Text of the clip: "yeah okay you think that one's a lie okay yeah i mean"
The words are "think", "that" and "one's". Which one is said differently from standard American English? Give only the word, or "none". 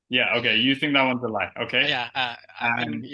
none